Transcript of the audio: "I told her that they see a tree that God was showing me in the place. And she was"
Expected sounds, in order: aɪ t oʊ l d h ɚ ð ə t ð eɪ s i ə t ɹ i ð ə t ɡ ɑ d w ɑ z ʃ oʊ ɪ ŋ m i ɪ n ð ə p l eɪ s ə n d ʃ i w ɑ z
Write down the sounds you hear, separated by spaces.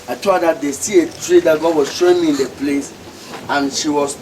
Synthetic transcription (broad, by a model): aɪ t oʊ d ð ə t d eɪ s i ə t ɹ i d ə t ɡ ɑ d w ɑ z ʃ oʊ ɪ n m i ɪ n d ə p l eɪ s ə n ʃ i w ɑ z